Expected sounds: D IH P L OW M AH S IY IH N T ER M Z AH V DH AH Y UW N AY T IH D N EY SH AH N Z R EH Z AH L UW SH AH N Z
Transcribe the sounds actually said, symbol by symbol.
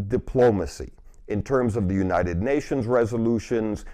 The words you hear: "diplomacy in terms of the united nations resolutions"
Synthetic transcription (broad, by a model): D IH P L OW M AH S IY IH N T ER M Z AH V DH AH Y UW N AY T IH D N EY SH AH N Z R EH Z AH L UW SH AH N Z